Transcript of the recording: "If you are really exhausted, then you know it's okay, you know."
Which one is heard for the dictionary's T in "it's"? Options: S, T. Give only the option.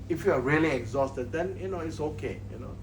T